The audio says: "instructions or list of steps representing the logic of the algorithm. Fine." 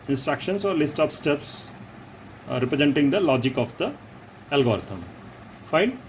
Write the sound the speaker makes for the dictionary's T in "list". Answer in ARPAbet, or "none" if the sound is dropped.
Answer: T